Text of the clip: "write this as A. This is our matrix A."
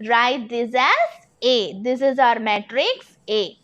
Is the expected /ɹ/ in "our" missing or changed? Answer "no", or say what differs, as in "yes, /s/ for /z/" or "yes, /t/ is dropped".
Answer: no